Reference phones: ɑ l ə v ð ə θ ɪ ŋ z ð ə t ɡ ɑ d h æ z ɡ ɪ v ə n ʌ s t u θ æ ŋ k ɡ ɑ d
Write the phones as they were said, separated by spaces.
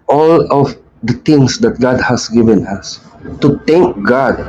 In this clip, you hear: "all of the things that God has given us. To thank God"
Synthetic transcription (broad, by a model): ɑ l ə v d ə t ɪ ŋ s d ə t ɡ ɑ d h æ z ɡ ɪ v ə n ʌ s t u t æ ŋ k ɡ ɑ d